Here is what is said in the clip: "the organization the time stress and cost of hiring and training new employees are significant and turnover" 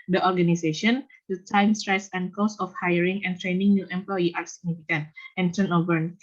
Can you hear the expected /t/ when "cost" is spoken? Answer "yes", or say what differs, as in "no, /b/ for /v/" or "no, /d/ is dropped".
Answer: no, /t/ is dropped